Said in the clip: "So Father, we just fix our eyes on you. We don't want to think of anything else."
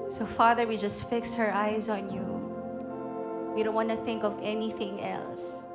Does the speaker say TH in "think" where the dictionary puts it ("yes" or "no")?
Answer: yes